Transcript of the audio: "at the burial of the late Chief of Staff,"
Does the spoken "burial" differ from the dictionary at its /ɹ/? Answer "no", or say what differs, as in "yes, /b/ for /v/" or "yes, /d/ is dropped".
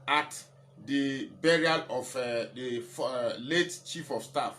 no